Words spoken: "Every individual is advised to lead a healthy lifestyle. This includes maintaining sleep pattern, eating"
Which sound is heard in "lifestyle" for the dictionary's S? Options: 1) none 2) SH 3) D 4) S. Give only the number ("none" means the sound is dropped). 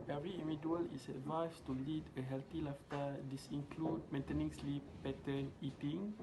1